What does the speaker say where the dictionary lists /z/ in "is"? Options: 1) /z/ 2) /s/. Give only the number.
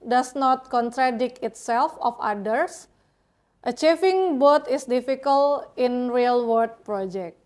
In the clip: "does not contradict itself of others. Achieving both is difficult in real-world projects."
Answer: 2